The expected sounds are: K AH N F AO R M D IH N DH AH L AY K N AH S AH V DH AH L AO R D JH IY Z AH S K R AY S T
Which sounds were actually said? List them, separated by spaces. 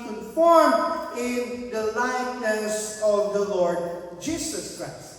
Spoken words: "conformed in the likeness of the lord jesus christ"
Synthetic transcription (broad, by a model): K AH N F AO R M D IH N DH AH L AY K N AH S AH V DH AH L AO R D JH IY S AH S K R AY S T